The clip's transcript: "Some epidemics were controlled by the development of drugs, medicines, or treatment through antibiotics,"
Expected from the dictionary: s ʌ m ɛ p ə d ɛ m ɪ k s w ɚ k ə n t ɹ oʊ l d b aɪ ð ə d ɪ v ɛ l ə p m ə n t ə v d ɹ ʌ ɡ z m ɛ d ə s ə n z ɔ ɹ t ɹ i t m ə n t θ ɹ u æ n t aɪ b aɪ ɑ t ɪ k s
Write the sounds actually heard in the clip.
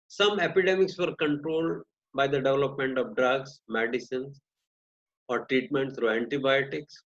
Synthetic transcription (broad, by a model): s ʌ m ɛ p ə d ɛ m ɪ k s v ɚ k ə n t ɹ oʊ l d b aɪ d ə d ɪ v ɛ l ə p m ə n t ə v d ɹ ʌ ɡ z m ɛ d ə s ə n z ɔ ɹ t ɹ i t m ə n t s ɹ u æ n t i b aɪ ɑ t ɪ k s